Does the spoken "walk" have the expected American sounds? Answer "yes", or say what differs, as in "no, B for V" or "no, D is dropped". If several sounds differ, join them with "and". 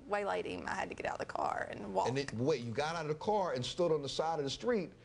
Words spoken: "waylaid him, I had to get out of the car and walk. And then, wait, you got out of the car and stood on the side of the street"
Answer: no, K is dropped